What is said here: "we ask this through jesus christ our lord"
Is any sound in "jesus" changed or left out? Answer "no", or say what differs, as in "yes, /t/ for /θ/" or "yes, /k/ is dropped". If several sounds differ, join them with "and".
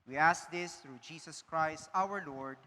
yes, /s/ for /z/